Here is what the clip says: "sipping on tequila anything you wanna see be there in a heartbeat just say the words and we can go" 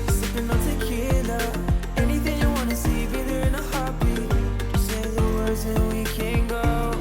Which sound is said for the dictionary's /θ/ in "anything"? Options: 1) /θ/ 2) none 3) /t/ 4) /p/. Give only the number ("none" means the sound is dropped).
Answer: 1